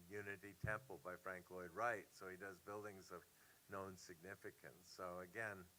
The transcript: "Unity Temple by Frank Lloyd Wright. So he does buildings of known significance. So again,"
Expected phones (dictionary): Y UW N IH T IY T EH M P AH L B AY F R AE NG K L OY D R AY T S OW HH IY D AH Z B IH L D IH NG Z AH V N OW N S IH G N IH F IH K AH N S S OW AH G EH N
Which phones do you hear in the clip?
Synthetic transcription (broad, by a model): Y UW N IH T IY T EH M P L B AY F R AE NG K L OY D R AY T S OW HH IY D AH Z B IH L D IH NG Z AH V N OW N S IH G N IH F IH K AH N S S OW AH G EH N